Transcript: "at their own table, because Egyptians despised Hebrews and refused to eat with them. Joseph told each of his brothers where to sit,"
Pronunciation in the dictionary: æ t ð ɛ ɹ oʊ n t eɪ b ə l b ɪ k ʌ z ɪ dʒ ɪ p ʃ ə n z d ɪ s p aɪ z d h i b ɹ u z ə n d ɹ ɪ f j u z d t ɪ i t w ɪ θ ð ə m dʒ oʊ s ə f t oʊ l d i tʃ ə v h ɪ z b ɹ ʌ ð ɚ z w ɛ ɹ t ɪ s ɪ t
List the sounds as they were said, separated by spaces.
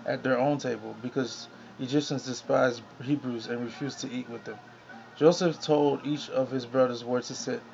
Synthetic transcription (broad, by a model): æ t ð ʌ ɹ oʊ n t eɪ b ə l b ɪ k ʌ z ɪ dʒ ɪ p ʃ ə n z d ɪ s p aɪ z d h i b ɹ u z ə n ɹ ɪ f j u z t ɪ i t w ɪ ð ə m dʒ oʊ s ə f t oʊ l d i tʃ ə v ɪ z b ɹ ʌ ð ɚ z w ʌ ɹ t ɪ s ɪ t